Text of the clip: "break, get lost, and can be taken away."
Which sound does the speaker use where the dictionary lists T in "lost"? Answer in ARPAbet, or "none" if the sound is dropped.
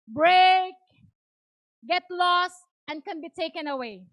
T